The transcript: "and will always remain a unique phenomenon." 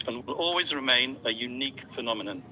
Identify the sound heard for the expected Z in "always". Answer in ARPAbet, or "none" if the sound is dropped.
Z